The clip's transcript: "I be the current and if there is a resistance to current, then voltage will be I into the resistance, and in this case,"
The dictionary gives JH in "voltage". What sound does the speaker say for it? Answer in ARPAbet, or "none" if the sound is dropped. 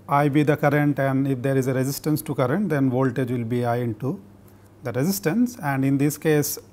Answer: JH